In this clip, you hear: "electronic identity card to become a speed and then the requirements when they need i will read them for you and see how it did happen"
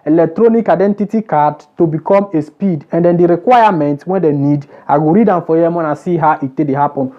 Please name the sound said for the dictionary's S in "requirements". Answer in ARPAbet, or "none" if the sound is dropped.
none